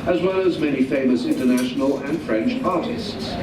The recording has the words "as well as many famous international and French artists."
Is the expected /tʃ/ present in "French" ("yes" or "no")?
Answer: yes